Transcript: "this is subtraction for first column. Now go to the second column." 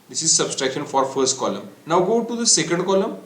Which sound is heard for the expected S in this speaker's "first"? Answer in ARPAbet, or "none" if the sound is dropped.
S